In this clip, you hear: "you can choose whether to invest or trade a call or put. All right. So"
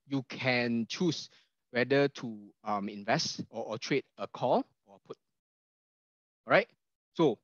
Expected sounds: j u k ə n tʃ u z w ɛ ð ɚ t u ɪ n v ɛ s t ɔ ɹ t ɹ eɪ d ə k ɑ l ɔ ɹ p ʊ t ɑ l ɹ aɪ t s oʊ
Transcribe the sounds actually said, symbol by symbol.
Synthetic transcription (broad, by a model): j u k ə n tʃ u s w ɛ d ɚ t u ɪ n v ɛ s t ɔ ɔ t ɹ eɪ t ə k ɑ l ɔ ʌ p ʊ t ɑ ɹ aɪ t s oʊ